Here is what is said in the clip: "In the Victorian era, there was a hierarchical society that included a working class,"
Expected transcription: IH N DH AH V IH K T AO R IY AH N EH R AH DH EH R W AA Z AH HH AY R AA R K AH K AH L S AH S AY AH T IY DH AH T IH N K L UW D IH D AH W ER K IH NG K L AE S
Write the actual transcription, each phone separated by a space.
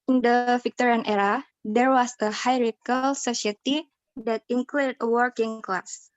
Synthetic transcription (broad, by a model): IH N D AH F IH K T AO R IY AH N EH R AH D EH R W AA S AH HH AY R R AH K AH L S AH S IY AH T IY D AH T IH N K L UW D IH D AH W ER K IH NG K L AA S